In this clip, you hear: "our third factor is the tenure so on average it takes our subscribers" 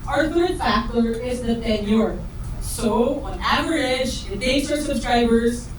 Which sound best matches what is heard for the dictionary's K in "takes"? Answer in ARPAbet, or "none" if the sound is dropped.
none